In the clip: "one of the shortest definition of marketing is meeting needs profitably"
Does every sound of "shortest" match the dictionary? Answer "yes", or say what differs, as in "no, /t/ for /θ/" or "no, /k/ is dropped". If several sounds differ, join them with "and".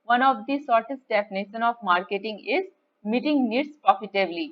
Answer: no, /s/ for /ʃ/